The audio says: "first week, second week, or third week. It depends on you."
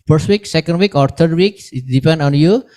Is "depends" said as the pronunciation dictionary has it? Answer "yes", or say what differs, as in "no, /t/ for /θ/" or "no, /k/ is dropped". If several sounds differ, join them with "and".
no, /z/ is dropped